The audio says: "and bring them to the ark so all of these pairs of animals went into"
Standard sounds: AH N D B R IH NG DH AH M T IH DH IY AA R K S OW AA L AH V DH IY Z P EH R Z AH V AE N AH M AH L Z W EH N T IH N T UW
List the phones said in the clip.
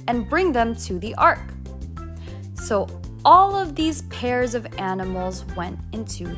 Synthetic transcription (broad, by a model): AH N B R IH NG DH AH M T IH DH IY AA R K S OW AA L AH V DH IY Z P EH R Z AH V AE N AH M L Z W EH N T IH N T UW